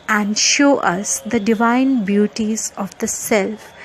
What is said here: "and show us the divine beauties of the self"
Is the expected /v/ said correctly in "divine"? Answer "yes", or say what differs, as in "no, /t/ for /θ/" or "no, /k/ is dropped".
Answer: yes